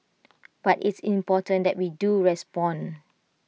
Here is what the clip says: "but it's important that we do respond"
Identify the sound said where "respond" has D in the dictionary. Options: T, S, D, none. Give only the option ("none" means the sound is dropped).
none